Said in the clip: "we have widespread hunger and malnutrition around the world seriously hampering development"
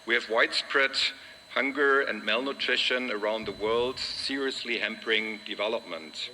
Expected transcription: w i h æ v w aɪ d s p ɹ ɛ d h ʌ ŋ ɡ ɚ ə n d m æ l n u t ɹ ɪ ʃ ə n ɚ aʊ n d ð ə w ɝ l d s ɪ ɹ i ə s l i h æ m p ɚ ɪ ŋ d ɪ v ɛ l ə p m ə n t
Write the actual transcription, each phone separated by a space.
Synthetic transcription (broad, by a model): w i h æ v w aɪ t s p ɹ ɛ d h ʌ ŋ ɡ ɚ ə n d m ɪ l n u t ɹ ɪ ʃ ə n ɚ aʊ n d ð ə w ɝ l d s ɪ ɹ i ə s l i h æ m p ɚ ɪ ŋ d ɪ v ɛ l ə p m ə n t